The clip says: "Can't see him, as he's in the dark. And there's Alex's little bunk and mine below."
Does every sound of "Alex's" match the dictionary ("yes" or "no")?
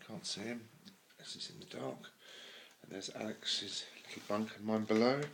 yes